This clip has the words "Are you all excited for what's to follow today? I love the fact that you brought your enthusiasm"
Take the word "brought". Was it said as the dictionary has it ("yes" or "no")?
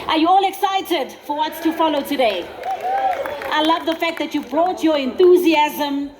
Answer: yes